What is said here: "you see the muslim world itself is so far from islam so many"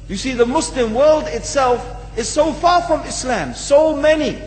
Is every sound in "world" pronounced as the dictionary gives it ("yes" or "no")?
yes